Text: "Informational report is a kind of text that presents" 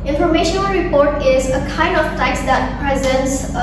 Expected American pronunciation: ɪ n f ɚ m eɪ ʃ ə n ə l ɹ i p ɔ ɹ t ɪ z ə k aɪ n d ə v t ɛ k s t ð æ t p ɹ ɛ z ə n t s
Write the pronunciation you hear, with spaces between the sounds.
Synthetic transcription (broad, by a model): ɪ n f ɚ m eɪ ʃ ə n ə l ɹ i p ɔ ɹ t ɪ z ə k aɪ n d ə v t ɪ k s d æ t p ɹ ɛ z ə n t s